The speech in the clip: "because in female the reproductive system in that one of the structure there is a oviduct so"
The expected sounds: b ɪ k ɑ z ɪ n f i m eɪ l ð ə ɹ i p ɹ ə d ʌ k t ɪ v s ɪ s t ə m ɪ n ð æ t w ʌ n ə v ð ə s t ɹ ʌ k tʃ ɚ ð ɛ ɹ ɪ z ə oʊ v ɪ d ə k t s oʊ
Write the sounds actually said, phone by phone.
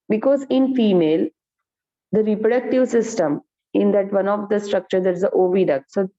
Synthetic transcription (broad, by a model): b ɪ k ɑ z ɪ n f i m eɪ l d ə ɹ i p ɹ ə d ʌ k t ɪ v s ɪ s t ə m ɪ n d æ t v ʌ n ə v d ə s t ɹ ʌ k tʃ ɚ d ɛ ɹ ɪ z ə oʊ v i d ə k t s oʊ